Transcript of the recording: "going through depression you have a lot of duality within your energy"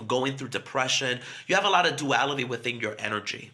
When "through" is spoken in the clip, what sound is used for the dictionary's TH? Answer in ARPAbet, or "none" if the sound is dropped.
TH